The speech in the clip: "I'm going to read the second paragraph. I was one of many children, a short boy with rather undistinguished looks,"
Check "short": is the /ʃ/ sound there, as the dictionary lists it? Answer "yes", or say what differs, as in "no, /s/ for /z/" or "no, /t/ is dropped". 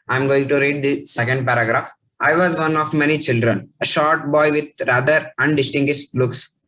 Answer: yes